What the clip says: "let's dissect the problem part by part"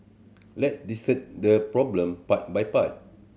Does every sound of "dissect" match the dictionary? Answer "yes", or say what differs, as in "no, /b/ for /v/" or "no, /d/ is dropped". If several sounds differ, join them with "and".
no, /k/ is dropped